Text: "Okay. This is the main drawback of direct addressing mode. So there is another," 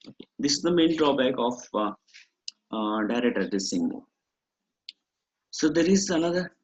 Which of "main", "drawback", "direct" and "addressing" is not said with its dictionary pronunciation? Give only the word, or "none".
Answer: addressing